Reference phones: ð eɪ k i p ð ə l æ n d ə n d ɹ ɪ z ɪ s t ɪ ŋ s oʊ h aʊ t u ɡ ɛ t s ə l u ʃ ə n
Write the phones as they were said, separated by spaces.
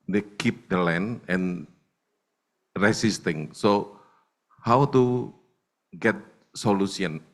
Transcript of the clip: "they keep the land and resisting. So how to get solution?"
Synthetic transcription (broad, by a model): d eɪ k i p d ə l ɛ n ə n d ɹ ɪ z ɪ s t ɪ ŋ s oʊ h aʊ t u ɡ ɛ t s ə l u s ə n